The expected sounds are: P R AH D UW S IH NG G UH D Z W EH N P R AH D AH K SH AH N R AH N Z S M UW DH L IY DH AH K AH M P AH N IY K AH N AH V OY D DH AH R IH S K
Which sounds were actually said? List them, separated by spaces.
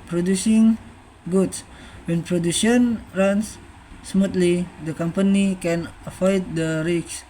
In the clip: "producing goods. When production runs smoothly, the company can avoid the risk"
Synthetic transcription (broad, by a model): P R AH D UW S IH NG G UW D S W EH N P R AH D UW SH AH N R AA N S M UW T L IY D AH K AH M P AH N IY K AH N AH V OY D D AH R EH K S